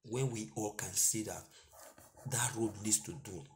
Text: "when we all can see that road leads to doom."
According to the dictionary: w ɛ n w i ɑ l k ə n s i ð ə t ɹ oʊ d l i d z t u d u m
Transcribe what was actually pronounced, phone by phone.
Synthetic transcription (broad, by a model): w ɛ n w i ɑ l k ə n s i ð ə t ɹ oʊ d n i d s t u d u